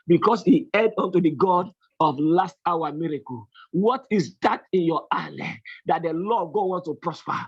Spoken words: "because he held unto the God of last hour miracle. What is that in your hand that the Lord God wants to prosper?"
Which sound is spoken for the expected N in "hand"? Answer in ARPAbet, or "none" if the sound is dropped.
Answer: none